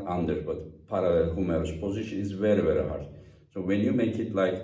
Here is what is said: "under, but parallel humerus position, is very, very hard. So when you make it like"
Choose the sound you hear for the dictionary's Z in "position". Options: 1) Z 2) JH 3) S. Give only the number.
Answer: 1